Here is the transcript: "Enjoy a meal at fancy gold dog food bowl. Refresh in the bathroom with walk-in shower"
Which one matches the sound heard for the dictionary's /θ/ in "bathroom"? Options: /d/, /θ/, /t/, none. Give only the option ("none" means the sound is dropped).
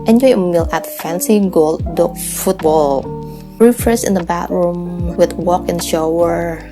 /t/